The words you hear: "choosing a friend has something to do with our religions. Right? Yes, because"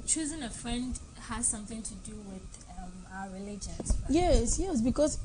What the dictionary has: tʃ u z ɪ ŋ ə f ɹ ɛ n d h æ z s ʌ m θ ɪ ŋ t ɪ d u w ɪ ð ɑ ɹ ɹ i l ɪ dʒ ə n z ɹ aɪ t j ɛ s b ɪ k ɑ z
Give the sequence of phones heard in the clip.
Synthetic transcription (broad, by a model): tʃ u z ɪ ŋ ə f ɹ ɛ n d h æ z s ʌ m θ ɪ ŋ t ɪ d u w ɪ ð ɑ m ɹ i l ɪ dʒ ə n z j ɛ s j ɛ s b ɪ k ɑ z